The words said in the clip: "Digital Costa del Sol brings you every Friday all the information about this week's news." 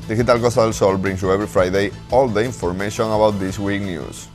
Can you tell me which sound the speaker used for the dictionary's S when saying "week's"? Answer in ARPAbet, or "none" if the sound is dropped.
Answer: none